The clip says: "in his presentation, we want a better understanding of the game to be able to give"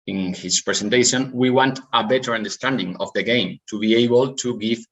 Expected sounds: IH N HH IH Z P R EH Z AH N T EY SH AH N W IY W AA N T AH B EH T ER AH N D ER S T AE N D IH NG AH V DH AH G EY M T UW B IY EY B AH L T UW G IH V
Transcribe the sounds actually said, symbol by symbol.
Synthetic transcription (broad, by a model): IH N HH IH S P R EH S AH N T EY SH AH N W IY W AA N T AH B EH T ER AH N D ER S T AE N D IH NG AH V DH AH G EY M T UW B IY EY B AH L T UW G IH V